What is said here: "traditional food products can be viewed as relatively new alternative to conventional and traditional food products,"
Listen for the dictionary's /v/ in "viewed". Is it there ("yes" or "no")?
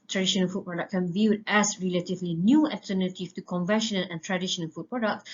yes